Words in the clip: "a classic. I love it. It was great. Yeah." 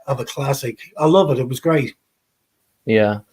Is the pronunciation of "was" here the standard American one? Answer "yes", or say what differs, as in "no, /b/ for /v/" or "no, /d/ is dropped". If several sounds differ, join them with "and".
yes